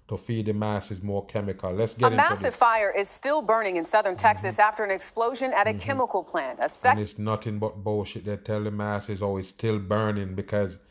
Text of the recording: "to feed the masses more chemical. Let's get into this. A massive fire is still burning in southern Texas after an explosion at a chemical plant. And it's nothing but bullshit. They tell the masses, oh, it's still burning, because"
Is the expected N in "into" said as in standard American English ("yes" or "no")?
no